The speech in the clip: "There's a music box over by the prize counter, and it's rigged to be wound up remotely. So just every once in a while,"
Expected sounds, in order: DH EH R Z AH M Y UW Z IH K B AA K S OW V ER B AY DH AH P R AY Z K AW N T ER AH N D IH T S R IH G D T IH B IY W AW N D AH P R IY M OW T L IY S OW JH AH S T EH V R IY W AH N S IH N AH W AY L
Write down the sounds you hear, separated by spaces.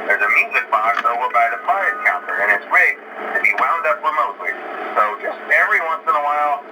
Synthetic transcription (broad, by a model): DH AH R Z AH M Y UW Z IH K B AA K S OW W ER B AY DH AH F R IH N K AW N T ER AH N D IH T S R IH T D T IH B IY W AW N D AH P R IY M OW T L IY S OW JH AH S T EH V R IY W AH N S IH N AH W AY L